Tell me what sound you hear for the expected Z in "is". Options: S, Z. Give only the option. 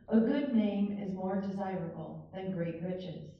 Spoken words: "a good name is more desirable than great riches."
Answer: Z